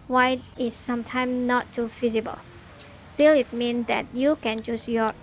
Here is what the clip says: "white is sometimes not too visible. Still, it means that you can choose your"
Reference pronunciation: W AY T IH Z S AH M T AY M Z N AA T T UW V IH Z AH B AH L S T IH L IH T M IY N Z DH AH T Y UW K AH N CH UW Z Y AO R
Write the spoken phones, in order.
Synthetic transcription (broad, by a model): W AY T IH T S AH M T AY M N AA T T UW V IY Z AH B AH L S T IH L IH T M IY N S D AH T Y UW K AH N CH UW S Y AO